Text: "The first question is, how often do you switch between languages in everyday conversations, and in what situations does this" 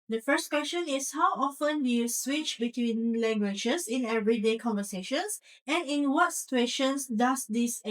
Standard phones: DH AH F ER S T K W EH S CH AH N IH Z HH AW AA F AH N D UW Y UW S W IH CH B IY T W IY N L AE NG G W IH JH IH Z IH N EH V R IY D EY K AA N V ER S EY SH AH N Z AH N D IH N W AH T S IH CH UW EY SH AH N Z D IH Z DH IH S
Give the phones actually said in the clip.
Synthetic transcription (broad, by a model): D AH F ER S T K W EH S CH AH N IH S HH AW AA F AH N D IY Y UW S W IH CH B IY T W IY N L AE NG G W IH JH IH S IH N EH V R IY D EY K AA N V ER S EY SH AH N S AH N IH N W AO T S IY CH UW EY SH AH N S D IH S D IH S